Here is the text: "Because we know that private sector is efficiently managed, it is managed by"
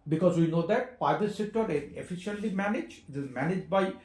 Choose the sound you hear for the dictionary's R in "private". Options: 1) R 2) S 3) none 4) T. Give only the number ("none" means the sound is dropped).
3